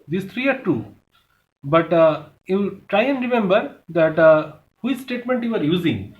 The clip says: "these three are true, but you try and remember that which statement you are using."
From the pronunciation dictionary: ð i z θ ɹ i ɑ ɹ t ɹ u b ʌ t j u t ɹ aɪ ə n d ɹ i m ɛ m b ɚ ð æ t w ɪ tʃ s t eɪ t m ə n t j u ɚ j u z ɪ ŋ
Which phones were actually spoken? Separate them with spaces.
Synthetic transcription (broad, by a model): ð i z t ɹ i ɑ ɹ t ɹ u b ʌ t j u t ɹ aɪ ə n d ɹ i m ɛ m b ɚ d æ t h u s s t eɪ t m ə n t j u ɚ j u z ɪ ŋ